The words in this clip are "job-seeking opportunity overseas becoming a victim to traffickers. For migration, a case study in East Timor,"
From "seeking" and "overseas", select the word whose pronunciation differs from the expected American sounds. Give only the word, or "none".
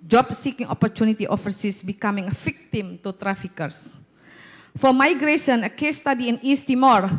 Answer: overseas